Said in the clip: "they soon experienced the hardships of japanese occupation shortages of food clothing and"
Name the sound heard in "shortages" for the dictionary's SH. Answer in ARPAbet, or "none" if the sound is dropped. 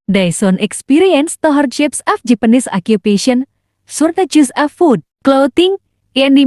S